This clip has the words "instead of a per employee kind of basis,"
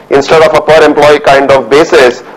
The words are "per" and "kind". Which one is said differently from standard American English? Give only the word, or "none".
none